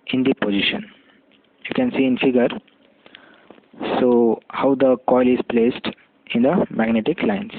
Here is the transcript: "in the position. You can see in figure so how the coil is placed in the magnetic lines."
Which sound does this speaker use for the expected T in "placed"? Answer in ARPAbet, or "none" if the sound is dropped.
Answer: T